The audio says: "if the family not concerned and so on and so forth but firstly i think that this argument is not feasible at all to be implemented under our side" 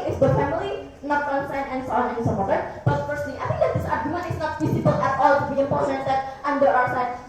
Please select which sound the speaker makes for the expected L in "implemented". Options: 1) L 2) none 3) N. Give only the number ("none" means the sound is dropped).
2